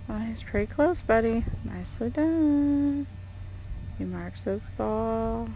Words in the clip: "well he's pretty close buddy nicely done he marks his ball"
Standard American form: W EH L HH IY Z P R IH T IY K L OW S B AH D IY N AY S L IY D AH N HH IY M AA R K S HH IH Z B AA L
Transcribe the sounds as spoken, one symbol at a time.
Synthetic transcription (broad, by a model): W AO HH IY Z P R IH T IY K L OW S B AH D IY N AY S L IY D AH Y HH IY M AA R K S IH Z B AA L